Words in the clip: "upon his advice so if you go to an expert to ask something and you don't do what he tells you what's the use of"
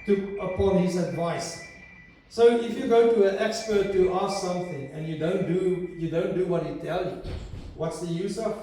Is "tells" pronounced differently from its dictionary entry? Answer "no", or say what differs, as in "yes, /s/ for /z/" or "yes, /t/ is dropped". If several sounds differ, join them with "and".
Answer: yes, /z/ is dropped